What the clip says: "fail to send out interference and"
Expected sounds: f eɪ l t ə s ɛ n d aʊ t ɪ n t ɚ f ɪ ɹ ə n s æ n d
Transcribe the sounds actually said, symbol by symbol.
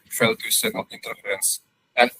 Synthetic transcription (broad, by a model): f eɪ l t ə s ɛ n aʊ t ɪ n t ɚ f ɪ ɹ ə n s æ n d